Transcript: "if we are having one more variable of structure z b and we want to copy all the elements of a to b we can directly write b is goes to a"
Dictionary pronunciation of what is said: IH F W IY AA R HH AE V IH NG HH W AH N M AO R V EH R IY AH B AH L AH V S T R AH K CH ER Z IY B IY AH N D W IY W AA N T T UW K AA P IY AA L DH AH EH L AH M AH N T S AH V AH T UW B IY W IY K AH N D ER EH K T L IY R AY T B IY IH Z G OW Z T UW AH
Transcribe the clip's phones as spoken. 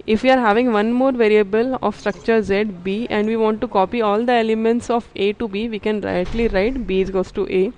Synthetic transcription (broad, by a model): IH F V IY AA R HH AE V IH NG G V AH N M AO R V EH R IY AH B AH L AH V S T R AH K CH ER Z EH B IY AH N D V IY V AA N T T UW K AA P IY AA L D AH EH L AH M AH N T S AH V AH T UW B IY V IY K AH N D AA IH T L IY R AY T B IY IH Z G OW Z T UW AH